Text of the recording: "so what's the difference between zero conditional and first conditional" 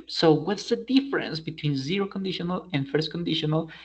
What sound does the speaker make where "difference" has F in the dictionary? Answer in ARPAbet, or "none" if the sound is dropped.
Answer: F